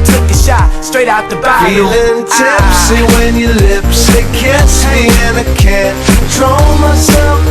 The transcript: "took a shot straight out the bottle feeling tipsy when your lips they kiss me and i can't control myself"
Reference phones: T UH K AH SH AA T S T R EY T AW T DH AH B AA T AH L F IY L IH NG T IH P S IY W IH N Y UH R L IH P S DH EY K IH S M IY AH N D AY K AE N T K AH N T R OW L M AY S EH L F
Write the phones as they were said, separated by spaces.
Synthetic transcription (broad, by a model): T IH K AH SH AA T S T R EY T AW T DH AH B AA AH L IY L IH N T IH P S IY W IH N Y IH L IH P S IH K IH S M IY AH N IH K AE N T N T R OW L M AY S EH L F